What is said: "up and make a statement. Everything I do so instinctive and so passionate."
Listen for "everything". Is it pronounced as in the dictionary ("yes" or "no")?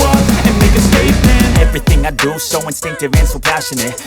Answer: yes